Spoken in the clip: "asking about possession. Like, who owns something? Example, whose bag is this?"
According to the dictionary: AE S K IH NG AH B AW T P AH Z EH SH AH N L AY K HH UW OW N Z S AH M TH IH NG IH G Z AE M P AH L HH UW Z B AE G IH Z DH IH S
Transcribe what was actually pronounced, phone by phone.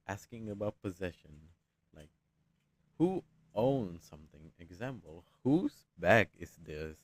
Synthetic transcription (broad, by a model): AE S K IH NG AH B AW T P AH Z EH SH AH N L AY K HH UW OW N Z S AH M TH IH NG IH G Z AE M P AH L HH UW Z B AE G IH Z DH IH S